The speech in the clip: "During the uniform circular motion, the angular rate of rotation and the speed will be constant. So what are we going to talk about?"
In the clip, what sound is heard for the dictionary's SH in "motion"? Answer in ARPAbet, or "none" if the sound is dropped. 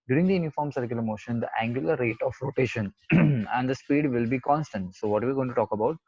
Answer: SH